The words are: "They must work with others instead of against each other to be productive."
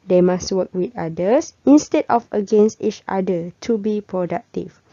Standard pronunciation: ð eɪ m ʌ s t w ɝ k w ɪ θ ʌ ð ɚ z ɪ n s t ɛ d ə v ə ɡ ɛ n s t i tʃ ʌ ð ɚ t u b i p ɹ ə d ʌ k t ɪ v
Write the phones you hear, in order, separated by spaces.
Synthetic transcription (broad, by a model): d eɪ m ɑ s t w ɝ k w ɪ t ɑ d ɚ s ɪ n s t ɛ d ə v ə ɡ ɛ n s t i tʃ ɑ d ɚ t u b i p ɹ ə d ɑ k t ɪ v